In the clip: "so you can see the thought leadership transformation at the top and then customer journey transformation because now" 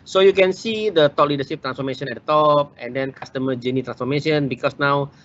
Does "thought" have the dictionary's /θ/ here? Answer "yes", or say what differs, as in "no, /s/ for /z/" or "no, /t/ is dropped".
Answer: no, /t/ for /θ/